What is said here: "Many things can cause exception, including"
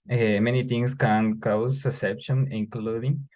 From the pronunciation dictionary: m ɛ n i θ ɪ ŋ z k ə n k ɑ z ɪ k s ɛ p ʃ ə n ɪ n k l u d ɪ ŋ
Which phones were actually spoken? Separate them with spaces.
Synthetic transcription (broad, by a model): m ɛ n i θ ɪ ŋ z k ə n k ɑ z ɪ s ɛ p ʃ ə n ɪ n k l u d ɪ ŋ